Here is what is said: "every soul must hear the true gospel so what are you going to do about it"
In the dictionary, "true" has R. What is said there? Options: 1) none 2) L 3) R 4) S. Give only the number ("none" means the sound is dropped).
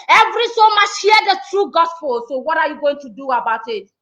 3